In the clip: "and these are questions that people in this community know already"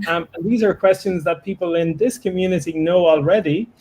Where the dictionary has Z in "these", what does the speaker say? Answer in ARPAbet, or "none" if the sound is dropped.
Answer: Z